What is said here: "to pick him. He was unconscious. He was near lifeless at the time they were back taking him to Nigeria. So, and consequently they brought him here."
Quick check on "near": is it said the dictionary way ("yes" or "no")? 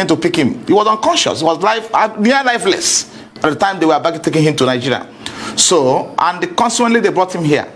no